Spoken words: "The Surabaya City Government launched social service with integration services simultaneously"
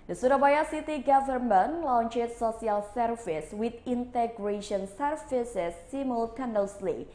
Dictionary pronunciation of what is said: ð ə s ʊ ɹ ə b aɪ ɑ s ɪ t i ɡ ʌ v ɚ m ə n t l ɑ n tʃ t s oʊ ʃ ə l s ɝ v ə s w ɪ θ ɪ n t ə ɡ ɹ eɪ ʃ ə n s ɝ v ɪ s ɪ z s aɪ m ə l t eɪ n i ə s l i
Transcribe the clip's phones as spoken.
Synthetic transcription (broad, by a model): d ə s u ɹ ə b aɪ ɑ s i t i ɡ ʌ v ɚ m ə n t l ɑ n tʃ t s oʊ s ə l s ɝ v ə s w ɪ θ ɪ n t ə ɡ ɹ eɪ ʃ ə n s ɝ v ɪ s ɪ s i m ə l t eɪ n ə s l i